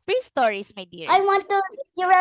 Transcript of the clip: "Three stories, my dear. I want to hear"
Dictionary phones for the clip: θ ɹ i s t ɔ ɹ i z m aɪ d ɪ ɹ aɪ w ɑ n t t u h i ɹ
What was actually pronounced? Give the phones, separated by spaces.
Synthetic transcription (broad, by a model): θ ɹ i s t ɔ ɹ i s m aɪ d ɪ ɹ aɪ w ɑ n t t u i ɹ